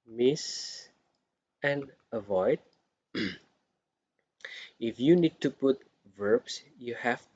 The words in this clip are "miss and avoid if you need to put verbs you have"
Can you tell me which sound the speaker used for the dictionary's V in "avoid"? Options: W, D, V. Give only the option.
V